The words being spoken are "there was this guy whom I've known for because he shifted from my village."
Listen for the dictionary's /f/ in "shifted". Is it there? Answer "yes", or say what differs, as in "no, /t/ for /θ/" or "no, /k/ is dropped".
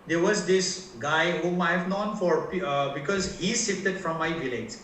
no, /f/ is dropped